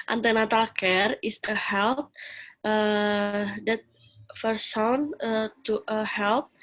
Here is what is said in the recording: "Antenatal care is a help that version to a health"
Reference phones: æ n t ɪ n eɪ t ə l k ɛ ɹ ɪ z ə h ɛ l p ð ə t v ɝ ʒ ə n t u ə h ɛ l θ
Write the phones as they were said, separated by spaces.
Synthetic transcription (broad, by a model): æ n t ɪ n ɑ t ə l k ɛ ɹ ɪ s ə h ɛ l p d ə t f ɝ s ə n t u ə h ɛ l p